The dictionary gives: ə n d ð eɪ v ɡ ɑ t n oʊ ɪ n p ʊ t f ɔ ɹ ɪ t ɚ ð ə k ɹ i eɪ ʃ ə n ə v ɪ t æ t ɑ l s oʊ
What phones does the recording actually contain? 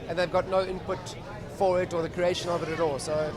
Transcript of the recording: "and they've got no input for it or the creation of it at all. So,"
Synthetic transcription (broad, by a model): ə n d ð eɪ v ɡ ɑ t n oʊ ɪ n p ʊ t f ɔ ɹ ɪ t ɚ ð ə k ɹ i eɪ ʃ ə n ə v ɪ t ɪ t ɑ l s oʊ